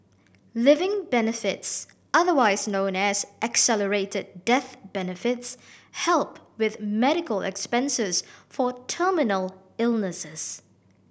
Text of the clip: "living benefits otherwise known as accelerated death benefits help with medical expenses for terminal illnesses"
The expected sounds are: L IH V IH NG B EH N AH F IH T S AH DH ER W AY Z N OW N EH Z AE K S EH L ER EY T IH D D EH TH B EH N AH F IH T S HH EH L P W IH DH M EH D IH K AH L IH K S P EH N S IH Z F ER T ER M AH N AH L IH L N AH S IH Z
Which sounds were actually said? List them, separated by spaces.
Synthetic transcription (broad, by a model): L IH V IH NG B EH N AH F IH T S AH DH ER W AY Z N OW N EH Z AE K S EH L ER EY T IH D D EH TH B EH N AH F IH T S HH EH L P W IH DH M EH D IH K AH L IH K S P EH N S IH Z F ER T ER M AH N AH L IH L N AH S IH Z